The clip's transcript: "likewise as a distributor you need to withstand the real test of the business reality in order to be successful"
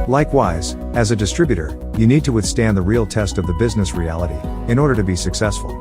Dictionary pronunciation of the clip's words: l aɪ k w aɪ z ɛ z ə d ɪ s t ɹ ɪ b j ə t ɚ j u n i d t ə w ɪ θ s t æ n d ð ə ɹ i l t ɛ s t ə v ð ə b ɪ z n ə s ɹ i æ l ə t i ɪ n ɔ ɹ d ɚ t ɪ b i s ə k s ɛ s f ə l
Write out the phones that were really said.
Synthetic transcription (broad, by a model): l aɪ k w aɪ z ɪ z ə d ɪ s t ɹ ɪ b j ə t ɚ j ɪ n i d t ə w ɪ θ s t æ n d ð ə ɹ i l t ɛ s t ə v ð ə b ɪ z n ə s ɹ i æ l ə t i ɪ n ɔ ɹ d ɚ t ɪ b i s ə k s ɛ s f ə l